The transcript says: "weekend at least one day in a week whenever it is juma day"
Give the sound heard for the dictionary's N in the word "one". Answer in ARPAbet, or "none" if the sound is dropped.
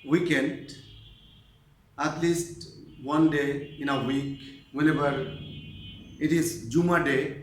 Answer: N